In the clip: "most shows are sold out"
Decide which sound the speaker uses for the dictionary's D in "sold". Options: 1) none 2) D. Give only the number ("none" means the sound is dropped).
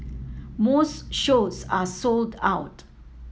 2